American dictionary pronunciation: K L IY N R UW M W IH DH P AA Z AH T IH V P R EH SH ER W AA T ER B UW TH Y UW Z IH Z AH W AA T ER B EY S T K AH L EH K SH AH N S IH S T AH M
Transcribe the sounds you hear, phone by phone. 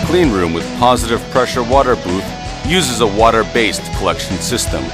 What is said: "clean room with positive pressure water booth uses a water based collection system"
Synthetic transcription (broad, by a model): K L IY N R UW M W IH DH P AA Z AH T IH V P R EH SH ER W AA T ER B UW TH Y UW Z IH Z AH W AA T ER B EY S T K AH L EH K SH N S IH S T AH M